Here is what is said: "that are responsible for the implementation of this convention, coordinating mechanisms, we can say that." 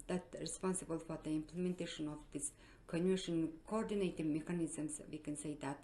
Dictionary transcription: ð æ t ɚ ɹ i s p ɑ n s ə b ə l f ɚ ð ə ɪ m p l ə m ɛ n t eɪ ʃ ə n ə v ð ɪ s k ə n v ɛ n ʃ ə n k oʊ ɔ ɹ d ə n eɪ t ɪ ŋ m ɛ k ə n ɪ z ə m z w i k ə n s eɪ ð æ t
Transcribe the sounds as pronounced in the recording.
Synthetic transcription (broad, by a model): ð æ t ɹ i s p ɑ n s ə b ə l f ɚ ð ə ɪ m p l ə m ɛ n t eɪ ʃ ə n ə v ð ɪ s k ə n ɛ ʃ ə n k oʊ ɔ ɹ d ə n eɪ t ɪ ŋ m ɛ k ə n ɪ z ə m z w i k ə n s eɪ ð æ t